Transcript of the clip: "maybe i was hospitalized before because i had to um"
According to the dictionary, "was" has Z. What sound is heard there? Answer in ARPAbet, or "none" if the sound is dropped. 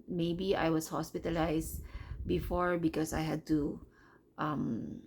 S